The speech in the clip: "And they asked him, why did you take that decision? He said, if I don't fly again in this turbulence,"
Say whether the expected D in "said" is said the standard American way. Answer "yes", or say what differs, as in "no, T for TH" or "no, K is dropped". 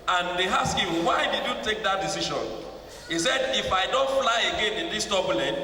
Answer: yes